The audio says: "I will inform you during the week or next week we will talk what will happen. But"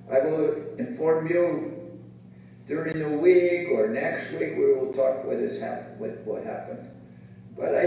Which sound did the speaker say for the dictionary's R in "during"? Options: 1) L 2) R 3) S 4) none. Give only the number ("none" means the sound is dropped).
2